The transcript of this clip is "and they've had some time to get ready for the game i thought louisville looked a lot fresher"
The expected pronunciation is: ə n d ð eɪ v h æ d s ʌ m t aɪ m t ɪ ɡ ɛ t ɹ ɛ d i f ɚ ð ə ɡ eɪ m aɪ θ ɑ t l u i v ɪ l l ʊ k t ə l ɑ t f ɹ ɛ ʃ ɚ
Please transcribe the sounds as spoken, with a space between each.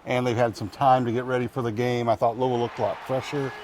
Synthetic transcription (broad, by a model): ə n ð eɪ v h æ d s ʌ m t aɪ m t ɪ ɡ ɛ t ɹ ɛ d i f ɚ ð ə ɡ eɪ m aɪ θ ɑ t l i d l l ʊ k t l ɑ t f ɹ ɛ ʃ ɚ